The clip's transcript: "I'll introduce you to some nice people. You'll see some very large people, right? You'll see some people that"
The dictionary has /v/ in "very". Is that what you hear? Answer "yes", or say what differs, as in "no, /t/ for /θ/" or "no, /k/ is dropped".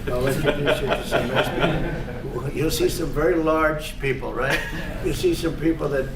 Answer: yes